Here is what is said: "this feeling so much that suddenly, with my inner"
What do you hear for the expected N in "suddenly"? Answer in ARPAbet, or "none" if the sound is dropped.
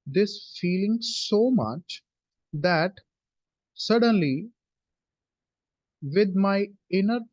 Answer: N